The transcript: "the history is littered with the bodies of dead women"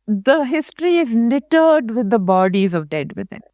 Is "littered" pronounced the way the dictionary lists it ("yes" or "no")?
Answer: no